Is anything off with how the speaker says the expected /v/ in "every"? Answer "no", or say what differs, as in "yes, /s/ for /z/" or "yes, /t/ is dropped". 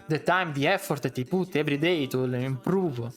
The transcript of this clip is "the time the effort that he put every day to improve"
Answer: yes, /b/ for /v/